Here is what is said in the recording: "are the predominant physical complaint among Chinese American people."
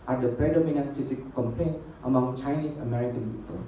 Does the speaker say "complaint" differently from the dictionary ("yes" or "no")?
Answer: no